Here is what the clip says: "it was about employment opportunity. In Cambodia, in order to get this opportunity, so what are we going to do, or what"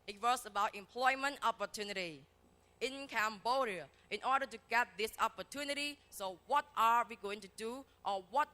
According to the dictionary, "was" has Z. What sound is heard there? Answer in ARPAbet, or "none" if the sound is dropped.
S